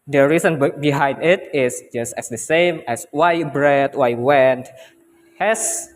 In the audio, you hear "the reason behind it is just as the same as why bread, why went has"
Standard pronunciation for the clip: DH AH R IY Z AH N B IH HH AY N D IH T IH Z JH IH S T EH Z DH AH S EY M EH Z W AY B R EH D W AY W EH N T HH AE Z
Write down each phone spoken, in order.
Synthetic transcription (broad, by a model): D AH R IY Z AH N B IH HH AY N D IH T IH S JH IH S T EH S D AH S EY M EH S W AY B R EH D W AY W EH N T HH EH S